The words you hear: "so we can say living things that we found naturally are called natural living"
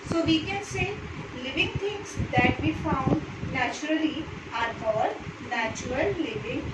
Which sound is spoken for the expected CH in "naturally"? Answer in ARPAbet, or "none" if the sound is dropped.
CH